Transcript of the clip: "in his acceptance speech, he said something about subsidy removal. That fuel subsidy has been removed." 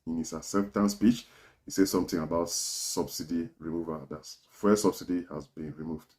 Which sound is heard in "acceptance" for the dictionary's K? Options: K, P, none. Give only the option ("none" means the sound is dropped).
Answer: none